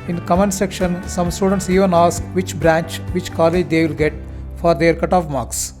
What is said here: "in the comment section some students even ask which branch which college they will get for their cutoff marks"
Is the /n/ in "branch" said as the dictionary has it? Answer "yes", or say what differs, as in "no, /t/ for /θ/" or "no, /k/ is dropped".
yes